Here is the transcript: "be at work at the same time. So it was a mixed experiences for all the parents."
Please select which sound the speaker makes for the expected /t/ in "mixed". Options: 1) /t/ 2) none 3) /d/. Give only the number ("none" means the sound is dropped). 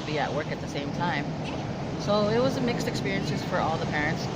1